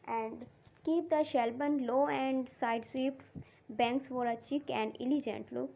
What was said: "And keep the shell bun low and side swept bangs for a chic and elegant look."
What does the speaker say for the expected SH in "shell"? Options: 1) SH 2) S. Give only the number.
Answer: 1